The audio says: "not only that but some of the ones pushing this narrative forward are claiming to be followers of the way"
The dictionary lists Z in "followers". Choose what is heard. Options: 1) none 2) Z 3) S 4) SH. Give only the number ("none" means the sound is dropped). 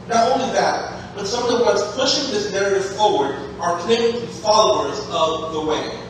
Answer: 2